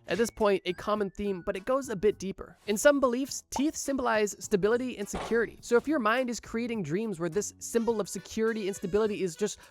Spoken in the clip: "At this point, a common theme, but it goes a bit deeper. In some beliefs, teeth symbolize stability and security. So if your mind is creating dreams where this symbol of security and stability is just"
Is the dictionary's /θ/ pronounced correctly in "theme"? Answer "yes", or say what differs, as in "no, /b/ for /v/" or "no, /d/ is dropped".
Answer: yes